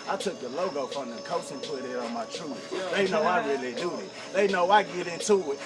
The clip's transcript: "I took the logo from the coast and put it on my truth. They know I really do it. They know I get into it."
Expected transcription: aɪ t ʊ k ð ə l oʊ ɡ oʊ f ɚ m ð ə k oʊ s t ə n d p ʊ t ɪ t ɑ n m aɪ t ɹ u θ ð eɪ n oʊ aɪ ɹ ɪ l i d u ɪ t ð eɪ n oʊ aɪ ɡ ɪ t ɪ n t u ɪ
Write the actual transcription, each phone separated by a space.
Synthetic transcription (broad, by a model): aɪ t ʊ k ð ə l oʊ ɡ oʊ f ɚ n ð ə k oʊ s ə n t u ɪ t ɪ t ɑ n m aɪ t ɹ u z ð eɪ n oʊ aɪ ɹ ɪ l i d u ɪ t ð eɪ n oʊ aɪ ɡ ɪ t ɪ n t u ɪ